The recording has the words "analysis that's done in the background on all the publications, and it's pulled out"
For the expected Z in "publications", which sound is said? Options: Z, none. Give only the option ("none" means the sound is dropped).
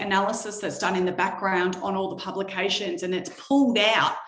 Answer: Z